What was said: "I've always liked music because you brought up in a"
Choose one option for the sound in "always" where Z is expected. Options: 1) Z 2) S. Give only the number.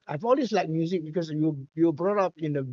2